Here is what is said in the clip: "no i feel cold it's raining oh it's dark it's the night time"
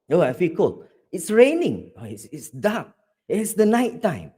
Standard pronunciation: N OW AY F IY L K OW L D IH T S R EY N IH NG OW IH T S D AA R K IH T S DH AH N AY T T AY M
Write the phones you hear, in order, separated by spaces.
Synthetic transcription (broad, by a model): OW AY F IY L K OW L IH T S R EY N IH NG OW IH T S D AA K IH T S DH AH N AY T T AY M